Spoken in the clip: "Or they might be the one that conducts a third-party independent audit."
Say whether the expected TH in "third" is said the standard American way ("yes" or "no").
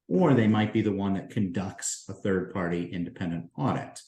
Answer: yes